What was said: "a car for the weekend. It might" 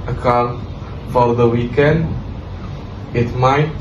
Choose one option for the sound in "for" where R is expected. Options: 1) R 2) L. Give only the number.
2